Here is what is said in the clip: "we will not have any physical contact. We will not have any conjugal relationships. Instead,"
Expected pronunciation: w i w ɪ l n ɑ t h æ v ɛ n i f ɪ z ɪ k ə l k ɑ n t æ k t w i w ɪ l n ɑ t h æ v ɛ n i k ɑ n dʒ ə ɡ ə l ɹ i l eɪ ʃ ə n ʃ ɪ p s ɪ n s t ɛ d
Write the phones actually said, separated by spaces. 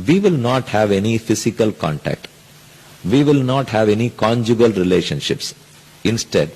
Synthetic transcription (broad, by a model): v i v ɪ l n ɑ t h æ v ɛ n i f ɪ s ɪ k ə l k ɑ n t æ k t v i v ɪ l n ɑ t h æ v ɛ n i k ɑ n dʒ ə ɡ ə l ɹ i l eɪ ʃ ə n ʃ ɪ p s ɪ n s t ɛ d